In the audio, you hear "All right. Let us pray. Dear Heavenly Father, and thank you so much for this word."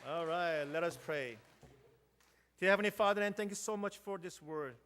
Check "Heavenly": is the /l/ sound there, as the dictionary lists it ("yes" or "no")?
no